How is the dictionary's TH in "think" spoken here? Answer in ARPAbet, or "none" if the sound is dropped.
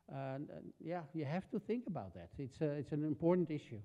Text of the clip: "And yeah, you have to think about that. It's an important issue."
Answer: TH